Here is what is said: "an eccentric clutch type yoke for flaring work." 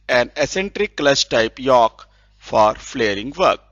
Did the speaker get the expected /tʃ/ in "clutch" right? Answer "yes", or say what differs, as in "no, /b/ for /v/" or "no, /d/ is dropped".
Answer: no, /s/ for /tʃ/